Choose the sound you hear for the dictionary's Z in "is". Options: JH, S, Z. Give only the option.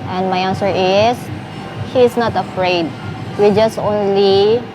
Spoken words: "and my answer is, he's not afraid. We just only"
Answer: S